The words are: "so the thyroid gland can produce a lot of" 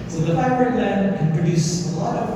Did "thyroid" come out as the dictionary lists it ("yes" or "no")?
no